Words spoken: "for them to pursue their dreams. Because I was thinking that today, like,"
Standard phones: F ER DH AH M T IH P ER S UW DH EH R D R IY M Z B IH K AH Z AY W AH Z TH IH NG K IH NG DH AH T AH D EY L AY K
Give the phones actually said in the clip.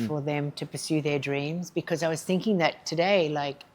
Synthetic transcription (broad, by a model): F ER DH AH M T IH P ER S UW DH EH R D R IY M Z B IH K AH Z AY W AH Z TH IH NG K IH NG DH AH T AH D EY L AY K